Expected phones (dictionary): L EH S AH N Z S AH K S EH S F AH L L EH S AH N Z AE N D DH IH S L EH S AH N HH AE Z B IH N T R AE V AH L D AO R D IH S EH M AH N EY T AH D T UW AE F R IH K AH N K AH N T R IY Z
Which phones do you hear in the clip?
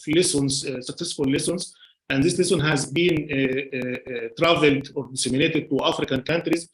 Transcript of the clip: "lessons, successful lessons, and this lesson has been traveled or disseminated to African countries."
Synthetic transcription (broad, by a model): L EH S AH N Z S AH K S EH S F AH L L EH S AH N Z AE N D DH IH S L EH S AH N HH AE Z B IH N T R AE V AH L D AO R D IH S EH M AH N EY T AH D T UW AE F R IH K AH N K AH N T R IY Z